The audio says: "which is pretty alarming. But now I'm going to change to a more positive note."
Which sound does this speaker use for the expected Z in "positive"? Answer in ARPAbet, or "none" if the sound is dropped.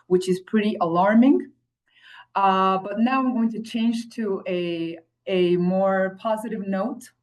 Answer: Z